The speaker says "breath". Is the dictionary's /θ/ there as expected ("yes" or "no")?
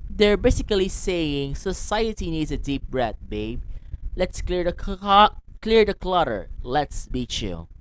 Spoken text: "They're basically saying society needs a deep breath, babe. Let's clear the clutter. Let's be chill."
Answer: no